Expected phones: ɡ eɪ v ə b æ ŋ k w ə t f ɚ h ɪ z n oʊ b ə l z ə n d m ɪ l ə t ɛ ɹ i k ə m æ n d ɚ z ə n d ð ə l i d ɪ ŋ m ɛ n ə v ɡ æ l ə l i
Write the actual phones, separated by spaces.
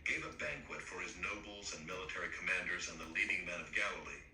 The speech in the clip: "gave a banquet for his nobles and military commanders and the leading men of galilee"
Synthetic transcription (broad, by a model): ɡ eɪ v ə b æ ŋ k w ə t f ɚ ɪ z n oʊ b l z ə n m ɪ l ə t ɛ ɹ i k ə m æ n d ɚ z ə n ð ə l i d ɪ ŋ m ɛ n ə v ɡ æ l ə l i